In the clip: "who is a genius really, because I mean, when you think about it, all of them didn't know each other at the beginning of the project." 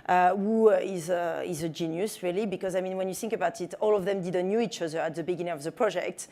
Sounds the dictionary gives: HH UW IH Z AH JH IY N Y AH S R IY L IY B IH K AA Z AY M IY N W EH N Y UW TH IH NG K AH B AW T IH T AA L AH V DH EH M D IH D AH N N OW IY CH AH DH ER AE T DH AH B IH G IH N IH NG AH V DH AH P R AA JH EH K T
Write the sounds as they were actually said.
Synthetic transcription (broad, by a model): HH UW IH Z AH JH IY N Y AH S R IY L IY B IH K AA Z AY M IY N W EH N Y UW TH IH NG K AH B AW T IH T AA L AH V DH EH M D IH D AH N N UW IY CH AH DH ER AE T DH AH B IH G IH N IH NG AH V DH AH P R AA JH EH K T